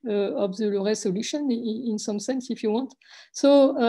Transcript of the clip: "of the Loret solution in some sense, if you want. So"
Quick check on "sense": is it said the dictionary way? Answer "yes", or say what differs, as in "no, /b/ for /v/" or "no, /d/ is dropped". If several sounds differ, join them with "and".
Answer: yes